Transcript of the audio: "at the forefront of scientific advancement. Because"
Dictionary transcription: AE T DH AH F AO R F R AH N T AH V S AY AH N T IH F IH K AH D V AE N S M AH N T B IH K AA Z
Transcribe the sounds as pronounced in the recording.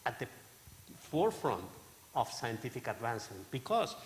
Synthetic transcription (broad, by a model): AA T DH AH F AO R F R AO N T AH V S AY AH N T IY F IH K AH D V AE N S AH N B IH K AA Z